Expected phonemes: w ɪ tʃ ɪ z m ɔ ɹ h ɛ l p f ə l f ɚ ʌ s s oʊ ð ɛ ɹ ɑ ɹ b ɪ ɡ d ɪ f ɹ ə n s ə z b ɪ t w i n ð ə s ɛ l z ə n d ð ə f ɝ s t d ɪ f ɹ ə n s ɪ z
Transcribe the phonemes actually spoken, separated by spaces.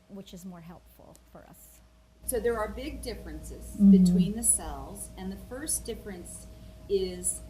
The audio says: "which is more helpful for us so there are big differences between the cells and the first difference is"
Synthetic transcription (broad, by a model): w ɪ tʃ ɪ z m ɔ ɹ h ɛ l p f l f ɚ ʌ s s oʊ ð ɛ ɹ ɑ ɹ b ɪ ɡ d ɪ f ɹ ə n s ə z b ɪ t w i n ð ə s ɛ l z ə n ð ə f ɝ s d ɪ f ɹ ə n s ɪ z